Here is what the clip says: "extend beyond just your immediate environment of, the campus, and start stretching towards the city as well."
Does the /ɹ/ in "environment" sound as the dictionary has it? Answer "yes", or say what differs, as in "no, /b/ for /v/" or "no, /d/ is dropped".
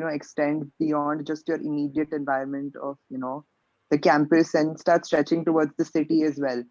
no, /ɹ/ is dropped